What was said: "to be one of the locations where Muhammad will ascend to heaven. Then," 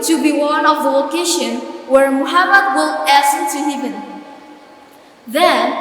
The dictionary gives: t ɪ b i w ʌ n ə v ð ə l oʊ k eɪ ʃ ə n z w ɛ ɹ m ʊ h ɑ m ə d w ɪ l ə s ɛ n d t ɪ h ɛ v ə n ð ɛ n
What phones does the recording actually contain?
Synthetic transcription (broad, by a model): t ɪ b i w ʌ n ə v ð ə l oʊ k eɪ ʃ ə n w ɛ ɹ m ʊ h ɑ m ə d w ɪ l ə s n t ɪ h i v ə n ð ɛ n